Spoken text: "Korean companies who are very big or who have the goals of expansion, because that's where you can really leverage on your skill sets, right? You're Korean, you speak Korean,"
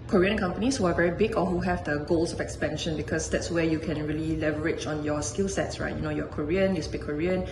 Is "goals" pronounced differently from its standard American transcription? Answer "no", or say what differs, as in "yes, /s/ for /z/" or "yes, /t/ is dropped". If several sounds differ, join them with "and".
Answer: yes, /s/ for /z/